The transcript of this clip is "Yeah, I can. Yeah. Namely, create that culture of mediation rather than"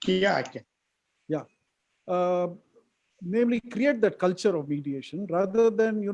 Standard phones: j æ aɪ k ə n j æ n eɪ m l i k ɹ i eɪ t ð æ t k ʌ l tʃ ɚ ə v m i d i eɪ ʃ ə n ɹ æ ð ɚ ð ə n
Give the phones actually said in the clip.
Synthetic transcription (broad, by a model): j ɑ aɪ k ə j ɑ n eɪ m l i k ɹ i eɪ t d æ t k ʌ l tʃ ɚ ə v m i d i eɪ ʃ ə n ɹ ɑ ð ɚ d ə n